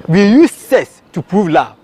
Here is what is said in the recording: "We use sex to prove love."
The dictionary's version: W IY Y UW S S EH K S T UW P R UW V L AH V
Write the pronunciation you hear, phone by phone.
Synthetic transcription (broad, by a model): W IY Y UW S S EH S T UW P R UW V L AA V